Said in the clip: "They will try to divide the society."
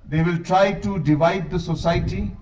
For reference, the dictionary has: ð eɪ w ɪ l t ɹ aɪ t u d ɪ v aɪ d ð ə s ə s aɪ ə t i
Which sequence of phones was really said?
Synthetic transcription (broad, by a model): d eɪ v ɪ l t ɹ aɪ t u d ɪ v aɪ d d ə s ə s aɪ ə t i